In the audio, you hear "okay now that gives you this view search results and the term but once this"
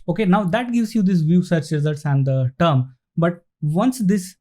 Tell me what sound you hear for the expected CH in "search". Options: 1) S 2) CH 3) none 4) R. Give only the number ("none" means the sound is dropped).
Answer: 2